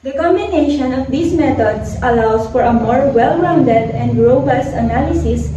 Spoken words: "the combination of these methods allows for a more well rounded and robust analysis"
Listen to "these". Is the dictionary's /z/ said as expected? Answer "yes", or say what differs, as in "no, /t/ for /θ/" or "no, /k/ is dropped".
no, /s/ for /z/